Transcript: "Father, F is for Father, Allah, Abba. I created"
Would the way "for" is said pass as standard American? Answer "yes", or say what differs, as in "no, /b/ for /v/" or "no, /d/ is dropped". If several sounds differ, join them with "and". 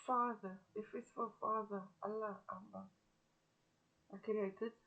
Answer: no, /l/ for /ɹ/